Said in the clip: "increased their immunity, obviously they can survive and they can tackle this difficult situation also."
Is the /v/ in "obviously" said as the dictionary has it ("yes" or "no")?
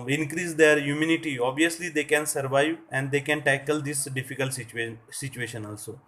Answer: no